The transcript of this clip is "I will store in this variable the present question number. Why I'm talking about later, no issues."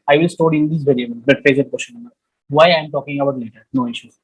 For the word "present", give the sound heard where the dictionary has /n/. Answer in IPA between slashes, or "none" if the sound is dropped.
none